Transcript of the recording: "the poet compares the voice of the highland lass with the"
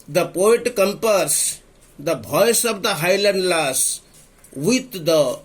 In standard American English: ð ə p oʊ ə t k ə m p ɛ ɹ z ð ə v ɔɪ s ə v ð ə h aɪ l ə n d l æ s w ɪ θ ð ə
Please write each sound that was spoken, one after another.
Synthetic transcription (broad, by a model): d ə p oʊ ə t k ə m p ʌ ɹ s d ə b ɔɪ s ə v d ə h aɪ l ə n d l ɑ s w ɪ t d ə